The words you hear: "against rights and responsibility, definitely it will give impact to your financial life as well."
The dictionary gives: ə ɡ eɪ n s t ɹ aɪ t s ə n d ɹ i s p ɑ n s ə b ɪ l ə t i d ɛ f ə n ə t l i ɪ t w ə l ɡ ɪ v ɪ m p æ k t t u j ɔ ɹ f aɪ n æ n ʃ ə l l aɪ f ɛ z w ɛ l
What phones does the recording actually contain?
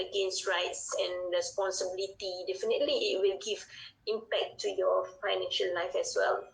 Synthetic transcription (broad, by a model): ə ɡ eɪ n s t ɹ aɪ t s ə n ɹ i s p ɑ n s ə b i l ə t i d ɛ f ə n ə t l i ɪ t w ə l ɡ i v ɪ m p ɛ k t t u j ɔ f aɪ n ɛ n ʃ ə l l aɪ f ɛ s w ɛ l